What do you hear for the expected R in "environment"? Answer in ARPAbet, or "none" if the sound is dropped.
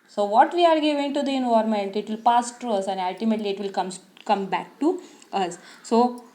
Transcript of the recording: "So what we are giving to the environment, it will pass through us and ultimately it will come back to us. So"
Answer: none